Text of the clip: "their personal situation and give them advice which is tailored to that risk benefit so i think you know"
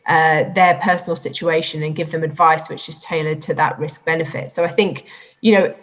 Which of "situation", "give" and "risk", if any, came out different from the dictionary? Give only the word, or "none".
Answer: none